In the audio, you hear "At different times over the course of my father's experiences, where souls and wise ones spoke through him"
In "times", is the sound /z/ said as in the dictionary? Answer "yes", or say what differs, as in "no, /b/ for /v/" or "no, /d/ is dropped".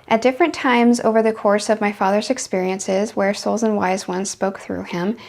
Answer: yes